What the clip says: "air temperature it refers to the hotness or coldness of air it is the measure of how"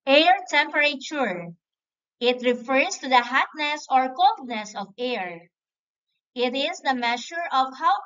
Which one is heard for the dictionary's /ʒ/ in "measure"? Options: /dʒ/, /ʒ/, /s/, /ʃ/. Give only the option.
/ʃ/